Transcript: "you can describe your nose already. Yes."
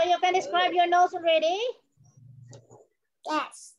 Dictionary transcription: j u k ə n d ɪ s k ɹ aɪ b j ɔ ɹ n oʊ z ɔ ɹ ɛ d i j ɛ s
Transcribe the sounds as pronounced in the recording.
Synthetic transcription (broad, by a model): j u k ə n d ɪ s k ɹ aɪ b j ɔ ɹ n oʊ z ɔ ɹ ɛ d i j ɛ s